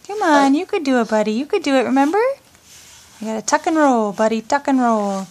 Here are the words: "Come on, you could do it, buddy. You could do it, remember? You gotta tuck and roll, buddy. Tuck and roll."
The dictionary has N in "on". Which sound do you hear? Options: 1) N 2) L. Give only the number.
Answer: 1